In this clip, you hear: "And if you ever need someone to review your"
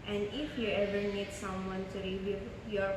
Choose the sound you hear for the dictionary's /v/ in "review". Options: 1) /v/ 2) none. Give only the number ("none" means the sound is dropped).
2